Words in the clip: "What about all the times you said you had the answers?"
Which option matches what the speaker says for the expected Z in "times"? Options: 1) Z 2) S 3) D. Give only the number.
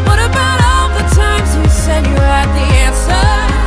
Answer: 1